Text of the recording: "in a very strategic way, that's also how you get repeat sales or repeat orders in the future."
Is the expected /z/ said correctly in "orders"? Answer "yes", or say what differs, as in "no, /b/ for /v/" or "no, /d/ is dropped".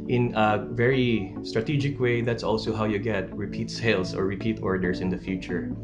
no, /s/ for /z/